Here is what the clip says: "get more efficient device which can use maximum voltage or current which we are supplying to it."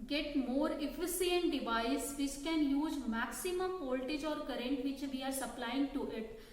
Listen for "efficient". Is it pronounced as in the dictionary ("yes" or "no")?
no